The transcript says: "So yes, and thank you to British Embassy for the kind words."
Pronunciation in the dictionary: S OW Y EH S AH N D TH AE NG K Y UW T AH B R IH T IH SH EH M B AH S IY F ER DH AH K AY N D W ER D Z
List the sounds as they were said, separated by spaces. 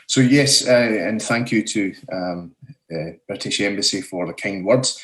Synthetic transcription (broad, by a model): S OW Y EH S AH N TH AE NG K Y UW T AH B R IH T IH SH EH M B AH S IY F ER DH AH K AY N D W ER D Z